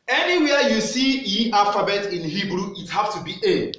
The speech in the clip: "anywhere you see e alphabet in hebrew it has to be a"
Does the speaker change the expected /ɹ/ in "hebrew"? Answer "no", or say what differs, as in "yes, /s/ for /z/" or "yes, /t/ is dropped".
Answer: no